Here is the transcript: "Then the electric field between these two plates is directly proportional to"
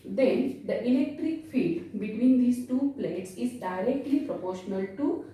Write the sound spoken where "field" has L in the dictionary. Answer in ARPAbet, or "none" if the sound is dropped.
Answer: none